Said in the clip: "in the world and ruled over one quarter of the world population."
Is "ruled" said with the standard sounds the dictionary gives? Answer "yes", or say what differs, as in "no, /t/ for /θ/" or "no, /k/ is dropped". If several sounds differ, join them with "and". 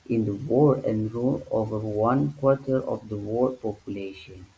no, /d/ is dropped